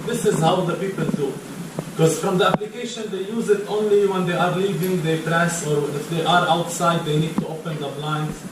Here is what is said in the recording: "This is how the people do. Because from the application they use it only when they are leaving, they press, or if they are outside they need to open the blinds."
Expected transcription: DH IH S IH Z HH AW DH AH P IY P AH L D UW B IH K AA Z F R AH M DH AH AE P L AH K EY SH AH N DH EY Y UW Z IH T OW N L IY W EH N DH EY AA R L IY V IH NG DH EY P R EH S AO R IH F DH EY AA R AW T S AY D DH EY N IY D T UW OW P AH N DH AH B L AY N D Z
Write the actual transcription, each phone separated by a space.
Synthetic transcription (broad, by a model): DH IH S IH Z HH AW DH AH P IY P AH L D UW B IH K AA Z F R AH M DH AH AE P L AH K EY SH AH N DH EY Y UW Z IH T OW N L IY W EH N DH EY AA R L IY V IH NG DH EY P R EH S AO R IH F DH EY AA R AW T S AY D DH EY N IY D T UW OW P AH N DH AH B L AY N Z